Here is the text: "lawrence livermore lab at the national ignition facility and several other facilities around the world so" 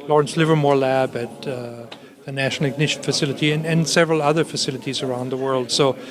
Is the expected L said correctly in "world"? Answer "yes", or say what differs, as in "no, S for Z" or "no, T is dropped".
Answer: yes